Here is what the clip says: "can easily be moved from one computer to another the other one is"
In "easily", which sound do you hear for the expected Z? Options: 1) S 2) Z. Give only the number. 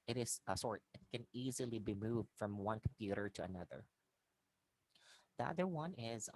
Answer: 2